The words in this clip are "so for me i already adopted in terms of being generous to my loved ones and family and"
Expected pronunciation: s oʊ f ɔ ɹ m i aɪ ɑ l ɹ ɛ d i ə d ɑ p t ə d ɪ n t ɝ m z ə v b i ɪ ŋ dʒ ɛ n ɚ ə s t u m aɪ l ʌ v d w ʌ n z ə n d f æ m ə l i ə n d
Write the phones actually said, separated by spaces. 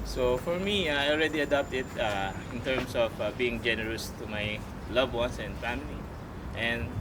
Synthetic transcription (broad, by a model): s oʊ f ɔ ɹ m i aɪ ɑ l ɹ ɛ d i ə d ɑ p t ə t ɪ n t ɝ m s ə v b i ɪ ŋ dʒ ɛ n ɚ ə s t u m aɪ l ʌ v w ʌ n s ə n d f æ m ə l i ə n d